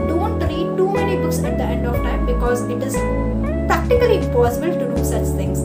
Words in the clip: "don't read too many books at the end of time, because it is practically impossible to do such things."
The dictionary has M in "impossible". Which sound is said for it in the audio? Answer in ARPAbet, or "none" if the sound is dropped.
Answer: M